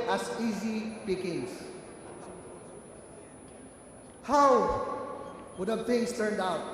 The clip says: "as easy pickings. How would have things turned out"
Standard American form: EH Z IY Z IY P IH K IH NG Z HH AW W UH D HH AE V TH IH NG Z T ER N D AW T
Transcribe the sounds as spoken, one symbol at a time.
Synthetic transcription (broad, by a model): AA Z IY Z IY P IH K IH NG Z HH AW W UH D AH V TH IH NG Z T ER N D AW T